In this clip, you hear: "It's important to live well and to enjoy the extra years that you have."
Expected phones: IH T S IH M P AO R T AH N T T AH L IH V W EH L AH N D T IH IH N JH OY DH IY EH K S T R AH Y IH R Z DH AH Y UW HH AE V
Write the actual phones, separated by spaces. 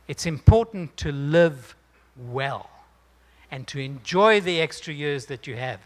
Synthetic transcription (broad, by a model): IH T S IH M P AO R T N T T AH L IH V W EH L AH N T IH IH N JH OY DH IY EH K S T R AH Y IH R Z DH AH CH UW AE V